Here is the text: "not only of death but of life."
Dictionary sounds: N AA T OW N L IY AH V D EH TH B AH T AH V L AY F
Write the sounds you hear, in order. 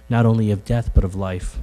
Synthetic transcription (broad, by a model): N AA T OW N L IY AH V D EH TH B AH T AH V L AY F